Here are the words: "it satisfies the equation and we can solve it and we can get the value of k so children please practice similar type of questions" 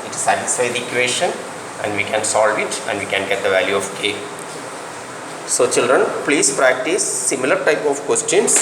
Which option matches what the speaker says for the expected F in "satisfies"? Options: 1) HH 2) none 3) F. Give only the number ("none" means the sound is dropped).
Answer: 2